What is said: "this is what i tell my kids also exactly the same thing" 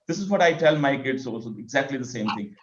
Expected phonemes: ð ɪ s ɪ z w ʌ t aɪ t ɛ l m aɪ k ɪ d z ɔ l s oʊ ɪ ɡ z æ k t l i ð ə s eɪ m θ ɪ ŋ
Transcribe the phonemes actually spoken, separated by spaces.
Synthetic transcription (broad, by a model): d ɪ s ɪ z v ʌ t aɪ t ɛ l m aɪ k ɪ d s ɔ s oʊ ɪ ɡ z æ k t l i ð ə s eɪ m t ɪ ŋ